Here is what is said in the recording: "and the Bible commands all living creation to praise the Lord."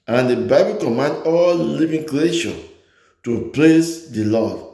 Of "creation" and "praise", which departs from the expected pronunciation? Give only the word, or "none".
praise